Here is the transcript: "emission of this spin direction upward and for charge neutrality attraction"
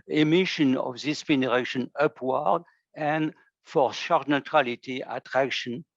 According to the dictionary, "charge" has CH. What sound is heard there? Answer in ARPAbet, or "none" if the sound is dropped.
SH